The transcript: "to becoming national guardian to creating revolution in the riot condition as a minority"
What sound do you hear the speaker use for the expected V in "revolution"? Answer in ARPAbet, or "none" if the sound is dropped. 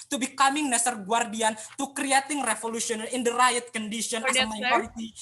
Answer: F